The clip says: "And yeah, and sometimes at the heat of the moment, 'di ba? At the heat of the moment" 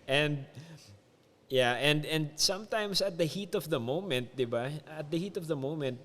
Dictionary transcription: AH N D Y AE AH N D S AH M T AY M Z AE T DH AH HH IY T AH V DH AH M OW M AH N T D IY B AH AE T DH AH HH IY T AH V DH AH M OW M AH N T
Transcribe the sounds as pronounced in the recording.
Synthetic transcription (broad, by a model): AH N D Y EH AH N D S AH M T AY M S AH T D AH HH IY T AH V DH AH M OW M AH N T D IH B AH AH T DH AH HH IY T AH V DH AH M OW M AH N T